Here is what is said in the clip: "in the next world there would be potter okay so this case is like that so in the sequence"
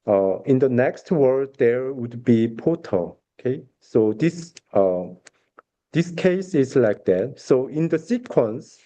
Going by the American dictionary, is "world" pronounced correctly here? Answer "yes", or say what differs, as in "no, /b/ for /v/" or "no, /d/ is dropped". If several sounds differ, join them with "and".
no, /l/ is dropped